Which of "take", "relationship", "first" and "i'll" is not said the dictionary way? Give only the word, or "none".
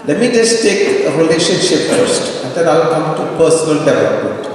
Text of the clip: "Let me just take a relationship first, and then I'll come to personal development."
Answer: none